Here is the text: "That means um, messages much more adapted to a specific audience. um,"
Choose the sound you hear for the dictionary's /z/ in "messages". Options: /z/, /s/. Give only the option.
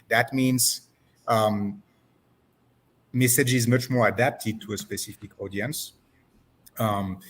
/z/